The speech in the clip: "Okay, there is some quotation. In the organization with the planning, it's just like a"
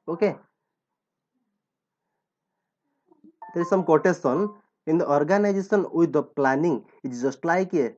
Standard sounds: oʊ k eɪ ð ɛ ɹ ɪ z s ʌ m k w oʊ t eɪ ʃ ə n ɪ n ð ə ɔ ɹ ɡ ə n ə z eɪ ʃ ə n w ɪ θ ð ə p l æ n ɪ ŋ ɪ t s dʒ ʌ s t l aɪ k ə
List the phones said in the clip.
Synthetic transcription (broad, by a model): oʊ k eɪ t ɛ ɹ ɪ s ʌ m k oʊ t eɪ s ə n ɪ n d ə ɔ ɹ ɡ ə n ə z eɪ s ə n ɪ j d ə p l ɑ n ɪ ŋ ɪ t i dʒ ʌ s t l aɪ k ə